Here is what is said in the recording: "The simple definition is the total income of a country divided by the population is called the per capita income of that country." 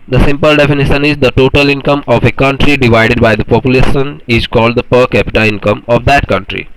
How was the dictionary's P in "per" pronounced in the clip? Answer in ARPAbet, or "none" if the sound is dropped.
P